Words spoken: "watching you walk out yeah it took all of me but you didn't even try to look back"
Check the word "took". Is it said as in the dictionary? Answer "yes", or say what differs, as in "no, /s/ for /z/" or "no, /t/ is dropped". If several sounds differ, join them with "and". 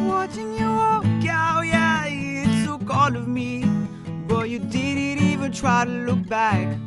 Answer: no, /s/ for /t/